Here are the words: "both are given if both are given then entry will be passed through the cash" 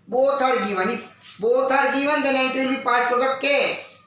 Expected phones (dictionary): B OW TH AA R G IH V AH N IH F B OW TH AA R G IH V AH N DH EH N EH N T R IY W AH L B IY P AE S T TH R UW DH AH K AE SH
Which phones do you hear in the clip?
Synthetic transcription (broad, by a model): B OW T AA R G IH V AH N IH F B OW T AA R G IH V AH N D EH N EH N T IY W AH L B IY P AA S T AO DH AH K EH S